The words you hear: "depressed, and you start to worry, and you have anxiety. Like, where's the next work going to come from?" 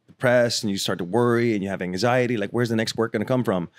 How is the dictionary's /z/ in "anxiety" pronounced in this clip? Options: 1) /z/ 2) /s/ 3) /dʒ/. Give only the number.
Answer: 1